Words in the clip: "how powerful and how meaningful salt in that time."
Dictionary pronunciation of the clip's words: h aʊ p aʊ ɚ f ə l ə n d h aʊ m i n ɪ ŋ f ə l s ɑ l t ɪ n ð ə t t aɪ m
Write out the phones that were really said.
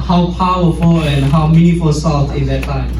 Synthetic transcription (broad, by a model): h aʊ p aʊ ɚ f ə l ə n h aʊ m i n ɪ f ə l s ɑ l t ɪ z ð ə t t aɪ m